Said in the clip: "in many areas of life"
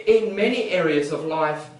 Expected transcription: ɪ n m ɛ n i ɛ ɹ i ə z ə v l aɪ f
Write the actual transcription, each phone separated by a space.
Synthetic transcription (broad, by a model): ɪ n m ɛ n i ɛ ɹ i ə z ə v l aɪ f